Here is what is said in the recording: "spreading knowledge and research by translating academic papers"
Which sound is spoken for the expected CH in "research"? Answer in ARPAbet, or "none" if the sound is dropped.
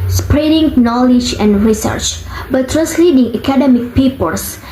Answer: CH